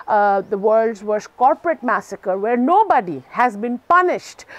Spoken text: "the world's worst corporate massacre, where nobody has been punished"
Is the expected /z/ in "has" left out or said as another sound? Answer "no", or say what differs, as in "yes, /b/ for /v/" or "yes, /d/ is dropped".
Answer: no